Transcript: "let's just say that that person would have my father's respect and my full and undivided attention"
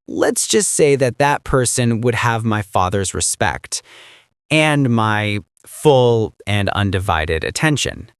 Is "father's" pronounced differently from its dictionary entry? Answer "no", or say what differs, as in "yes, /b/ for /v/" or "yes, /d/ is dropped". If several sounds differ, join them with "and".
no